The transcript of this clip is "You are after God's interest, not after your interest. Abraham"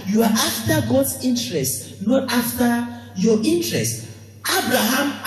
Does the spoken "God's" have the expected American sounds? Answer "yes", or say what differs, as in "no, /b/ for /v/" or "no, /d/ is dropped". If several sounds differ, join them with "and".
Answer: no, /s/ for /z/